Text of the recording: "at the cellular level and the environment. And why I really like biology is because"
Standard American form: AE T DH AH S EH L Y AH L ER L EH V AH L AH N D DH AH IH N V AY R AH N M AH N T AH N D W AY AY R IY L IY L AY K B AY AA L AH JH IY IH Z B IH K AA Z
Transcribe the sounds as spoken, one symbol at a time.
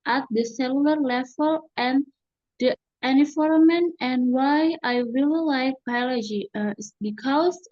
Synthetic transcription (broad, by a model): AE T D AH S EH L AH L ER L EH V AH L AH N D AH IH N IY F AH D M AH N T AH N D W AY AY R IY L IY L AY K B AY AA L AH JH IY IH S B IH K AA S